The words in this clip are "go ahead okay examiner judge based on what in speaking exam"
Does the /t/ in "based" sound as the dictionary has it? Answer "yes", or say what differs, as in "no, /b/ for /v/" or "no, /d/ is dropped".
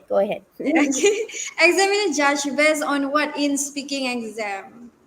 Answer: no, /t/ is dropped